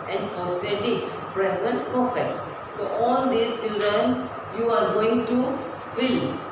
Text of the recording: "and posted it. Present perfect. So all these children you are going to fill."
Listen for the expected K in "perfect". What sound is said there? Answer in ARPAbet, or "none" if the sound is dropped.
none